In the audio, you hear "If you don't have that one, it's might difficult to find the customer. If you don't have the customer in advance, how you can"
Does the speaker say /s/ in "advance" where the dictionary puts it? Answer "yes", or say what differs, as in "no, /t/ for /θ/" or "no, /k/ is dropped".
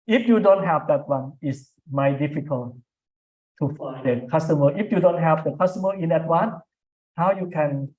no, /s/ is dropped